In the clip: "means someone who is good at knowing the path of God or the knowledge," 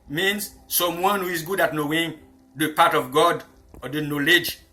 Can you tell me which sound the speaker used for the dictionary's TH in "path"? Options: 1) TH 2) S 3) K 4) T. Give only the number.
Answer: 4